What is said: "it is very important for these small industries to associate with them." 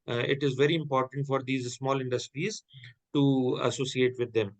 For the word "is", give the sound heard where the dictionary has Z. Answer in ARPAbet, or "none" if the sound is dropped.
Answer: Z